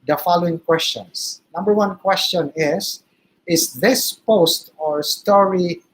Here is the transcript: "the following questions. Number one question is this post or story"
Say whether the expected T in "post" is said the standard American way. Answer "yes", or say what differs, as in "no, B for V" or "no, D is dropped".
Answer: yes